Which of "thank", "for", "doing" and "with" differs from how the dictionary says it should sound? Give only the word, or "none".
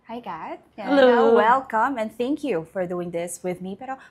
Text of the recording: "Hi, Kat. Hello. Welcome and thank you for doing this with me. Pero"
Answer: none